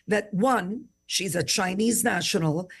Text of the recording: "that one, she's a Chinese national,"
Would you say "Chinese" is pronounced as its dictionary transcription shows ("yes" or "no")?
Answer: yes